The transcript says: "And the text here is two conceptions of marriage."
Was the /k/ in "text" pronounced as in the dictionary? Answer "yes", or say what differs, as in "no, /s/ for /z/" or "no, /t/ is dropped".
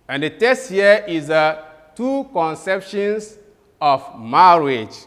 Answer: no, /k/ is dropped